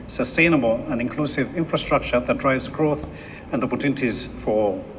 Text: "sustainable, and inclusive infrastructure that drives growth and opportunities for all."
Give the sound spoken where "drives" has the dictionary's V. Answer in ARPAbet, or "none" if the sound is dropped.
V